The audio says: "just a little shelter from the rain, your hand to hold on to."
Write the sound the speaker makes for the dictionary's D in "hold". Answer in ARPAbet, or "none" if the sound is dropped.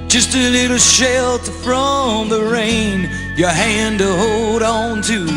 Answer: D